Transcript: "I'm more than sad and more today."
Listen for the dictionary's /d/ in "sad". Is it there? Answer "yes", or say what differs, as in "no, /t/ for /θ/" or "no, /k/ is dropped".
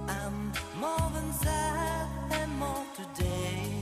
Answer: no, /d/ is dropped